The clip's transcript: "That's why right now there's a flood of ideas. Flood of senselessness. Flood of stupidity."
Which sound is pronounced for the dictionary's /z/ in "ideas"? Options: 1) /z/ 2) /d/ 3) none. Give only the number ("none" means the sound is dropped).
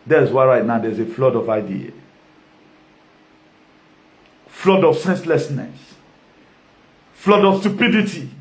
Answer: 3